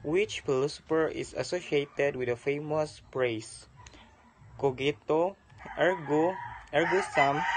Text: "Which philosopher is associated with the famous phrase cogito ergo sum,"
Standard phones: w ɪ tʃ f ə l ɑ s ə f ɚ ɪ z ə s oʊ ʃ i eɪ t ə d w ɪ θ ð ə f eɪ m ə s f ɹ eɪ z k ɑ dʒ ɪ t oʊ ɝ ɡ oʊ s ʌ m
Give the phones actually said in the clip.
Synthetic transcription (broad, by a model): w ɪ tʃ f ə l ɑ s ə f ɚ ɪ s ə s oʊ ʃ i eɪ t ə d w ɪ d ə f eɪ m ə s p ɹ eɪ s k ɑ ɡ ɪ t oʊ ɝ ɡ oʊ s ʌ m